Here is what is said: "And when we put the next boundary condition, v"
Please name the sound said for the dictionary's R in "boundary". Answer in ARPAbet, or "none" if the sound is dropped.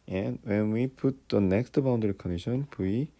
none